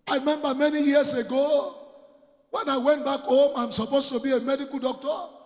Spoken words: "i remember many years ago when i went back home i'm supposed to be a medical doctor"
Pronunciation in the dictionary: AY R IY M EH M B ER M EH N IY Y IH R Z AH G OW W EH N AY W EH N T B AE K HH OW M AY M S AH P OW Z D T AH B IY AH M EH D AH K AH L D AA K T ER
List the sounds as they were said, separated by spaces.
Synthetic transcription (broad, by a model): AY R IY M EH M B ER M EH N IY Y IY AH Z AH G OW W EH N AY W EH N T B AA K HH OW M AY M S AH P OW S T AH B IY AH M EH D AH K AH L D AA K T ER